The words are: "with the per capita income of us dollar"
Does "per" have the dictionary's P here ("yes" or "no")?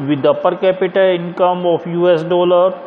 yes